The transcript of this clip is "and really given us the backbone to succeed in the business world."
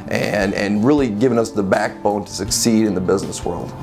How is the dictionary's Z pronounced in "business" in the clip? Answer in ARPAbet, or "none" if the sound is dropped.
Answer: Z